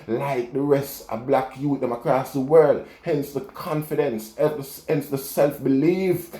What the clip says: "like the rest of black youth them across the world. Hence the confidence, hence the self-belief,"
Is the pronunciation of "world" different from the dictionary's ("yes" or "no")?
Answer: no